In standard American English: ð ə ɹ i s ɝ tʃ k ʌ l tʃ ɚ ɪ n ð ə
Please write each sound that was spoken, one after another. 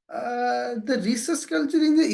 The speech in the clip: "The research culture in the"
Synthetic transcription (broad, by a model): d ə ɹ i s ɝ s k ʌ l tʃ ɚ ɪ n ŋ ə